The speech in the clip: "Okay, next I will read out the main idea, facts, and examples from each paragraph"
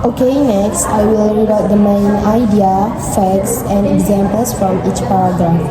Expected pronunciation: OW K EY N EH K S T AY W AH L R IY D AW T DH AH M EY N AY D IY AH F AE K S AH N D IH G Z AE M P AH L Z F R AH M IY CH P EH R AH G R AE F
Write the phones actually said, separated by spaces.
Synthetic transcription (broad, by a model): OW K EY N EH K S T AY W AH L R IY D AW T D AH M EY N AY D IY AH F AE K S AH N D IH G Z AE M P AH L S F R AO M IY CH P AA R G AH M